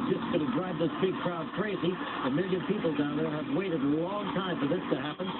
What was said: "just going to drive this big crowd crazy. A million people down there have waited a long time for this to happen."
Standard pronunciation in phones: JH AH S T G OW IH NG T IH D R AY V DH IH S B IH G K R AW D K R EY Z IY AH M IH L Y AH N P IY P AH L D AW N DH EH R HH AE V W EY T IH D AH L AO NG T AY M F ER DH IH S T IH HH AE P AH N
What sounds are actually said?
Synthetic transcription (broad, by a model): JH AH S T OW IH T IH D R AY B DH IH S B IH G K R AW D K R EY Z IY AH M IH L Y AH N P IY P L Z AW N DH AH R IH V W EY T IH D AH L AO NG T AY M F ER DH IH S T IH HH AE P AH N